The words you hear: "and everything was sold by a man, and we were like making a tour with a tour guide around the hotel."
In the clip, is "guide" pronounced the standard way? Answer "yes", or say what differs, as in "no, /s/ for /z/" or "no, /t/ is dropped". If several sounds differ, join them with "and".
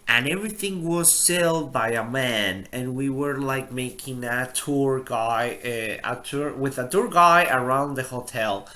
no, /d/ is dropped